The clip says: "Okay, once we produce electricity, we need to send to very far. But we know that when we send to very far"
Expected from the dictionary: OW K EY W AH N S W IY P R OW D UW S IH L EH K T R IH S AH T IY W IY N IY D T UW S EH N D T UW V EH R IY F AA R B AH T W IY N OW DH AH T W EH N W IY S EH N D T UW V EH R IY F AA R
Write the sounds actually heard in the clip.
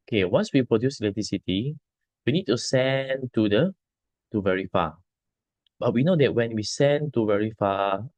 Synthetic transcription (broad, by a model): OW K EY W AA N S W IY P R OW D UW S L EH T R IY S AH T IY W IY N IY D T UW S EH N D T UW V EH R IY F AA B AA T W IY N OW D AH T W EH N W IY S EH N T UW V EH R IY F AA